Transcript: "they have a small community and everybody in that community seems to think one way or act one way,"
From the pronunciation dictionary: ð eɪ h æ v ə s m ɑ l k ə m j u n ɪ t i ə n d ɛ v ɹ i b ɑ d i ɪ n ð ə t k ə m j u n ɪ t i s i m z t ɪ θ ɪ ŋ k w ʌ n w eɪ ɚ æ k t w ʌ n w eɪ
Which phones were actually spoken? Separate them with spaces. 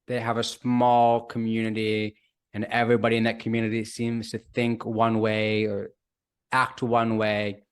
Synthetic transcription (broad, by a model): ð eɪ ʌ v ə s m ɑ l k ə m j u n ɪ t i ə n ɛ v ɹ i b ɑ d i ɪ n ð ə t k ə m j u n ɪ t i s i m z t ɪ θ ɪ ŋ k w ʌ n w eɪ ɚ æ k t w ʌ n w eɪ